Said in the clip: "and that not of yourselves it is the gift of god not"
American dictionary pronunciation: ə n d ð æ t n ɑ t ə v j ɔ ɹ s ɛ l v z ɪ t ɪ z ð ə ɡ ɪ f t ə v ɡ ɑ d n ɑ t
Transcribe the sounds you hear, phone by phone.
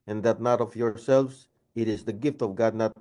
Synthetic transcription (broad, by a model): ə n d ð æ t n ɑ t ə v j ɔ ɹ s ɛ l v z ɪ t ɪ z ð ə ɡ ɪ f t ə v ɡ ɑ d n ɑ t